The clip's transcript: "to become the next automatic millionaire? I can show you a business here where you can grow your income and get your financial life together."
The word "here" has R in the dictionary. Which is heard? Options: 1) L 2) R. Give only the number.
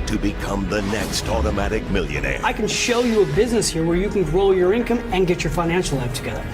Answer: 2